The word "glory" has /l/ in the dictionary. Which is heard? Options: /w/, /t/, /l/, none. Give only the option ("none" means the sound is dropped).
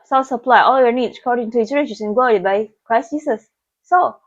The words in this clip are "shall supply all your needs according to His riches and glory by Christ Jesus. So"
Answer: none